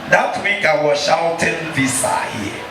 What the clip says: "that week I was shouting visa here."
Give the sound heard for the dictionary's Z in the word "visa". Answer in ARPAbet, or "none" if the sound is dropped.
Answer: S